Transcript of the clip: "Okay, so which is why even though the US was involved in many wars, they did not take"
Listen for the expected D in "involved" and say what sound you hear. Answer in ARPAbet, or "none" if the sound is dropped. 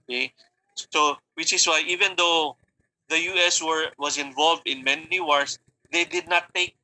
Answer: D